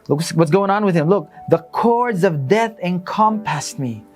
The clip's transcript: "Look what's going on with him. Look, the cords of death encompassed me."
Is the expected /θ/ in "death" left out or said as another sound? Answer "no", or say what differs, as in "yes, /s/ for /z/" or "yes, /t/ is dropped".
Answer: no